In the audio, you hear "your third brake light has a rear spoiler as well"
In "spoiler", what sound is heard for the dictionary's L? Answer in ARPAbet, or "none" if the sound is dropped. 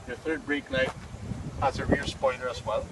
N